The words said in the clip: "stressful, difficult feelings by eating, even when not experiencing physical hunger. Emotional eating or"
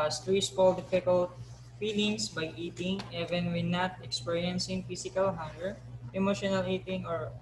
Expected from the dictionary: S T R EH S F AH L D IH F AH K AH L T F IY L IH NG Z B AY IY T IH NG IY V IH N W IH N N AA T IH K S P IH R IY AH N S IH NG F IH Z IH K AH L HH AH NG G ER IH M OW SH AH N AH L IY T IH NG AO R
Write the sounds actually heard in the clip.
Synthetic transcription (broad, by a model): S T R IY S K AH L D IH F AH K AH L T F IY L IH NG S B AY IY T IH NG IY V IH N W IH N N AA T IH K S P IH R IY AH N S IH NG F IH S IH K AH L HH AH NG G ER IH M OW SH AH N AH L IY T IH NG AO R